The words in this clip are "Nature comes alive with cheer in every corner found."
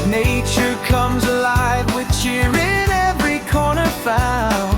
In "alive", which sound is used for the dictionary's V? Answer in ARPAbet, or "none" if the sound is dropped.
V